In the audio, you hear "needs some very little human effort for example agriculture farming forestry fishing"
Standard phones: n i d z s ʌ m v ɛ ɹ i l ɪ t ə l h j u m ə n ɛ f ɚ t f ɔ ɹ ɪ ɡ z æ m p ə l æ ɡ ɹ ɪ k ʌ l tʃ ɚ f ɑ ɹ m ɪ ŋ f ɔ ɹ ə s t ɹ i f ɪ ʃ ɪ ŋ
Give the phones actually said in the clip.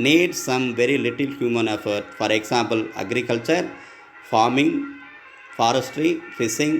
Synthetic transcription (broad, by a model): n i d s ʌ m v ɛ ɹ i l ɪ t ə l h j u m ə n ɛ f ɚ t f ɔ ɹ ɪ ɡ s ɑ m p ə l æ ɡ ɹ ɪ k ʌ l tʃ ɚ f ɑ ɹ m ɪ ŋ f ɔ ɹ ə s t ɹ i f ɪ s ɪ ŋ